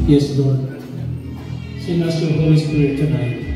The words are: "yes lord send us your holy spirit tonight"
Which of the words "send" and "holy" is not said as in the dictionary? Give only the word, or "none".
send